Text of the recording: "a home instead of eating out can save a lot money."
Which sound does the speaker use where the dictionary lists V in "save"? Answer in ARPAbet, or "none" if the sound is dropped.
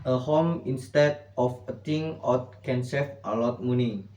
F